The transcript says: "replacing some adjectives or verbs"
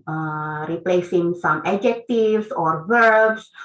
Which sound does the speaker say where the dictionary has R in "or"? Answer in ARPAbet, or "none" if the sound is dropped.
R